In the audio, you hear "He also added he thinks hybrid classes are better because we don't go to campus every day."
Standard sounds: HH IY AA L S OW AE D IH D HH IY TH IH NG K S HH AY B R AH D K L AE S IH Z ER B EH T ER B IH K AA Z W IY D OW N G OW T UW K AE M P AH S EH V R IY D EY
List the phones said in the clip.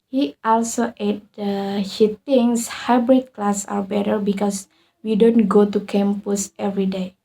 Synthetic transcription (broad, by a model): HH IY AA L S OW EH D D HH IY T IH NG S HH AY B R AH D K L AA S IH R B EH T ER B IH K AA S W IY D OW N G OW T UW K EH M P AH S EH V R IY D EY